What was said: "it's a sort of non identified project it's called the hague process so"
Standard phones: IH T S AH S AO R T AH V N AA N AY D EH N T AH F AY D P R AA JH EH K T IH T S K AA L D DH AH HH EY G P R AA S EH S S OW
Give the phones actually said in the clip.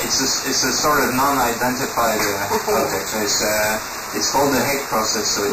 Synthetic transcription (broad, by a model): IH T S AH S AO R T AH V N AA N AY D EH N T AH F AY D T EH EH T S IH T S K AA L D DH AH HH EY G P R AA S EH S S OW